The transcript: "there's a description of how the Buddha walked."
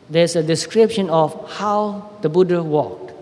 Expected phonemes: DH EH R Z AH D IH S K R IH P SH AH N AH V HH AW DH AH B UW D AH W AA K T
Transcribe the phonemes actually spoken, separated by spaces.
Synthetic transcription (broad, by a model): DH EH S AH D IH S K R IH P SH AH N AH F HH AW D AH B UW D AH W AA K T